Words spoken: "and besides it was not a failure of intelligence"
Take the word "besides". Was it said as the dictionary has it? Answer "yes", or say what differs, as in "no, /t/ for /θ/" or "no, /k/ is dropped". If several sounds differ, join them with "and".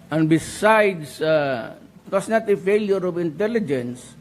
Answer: no, /s/ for /z/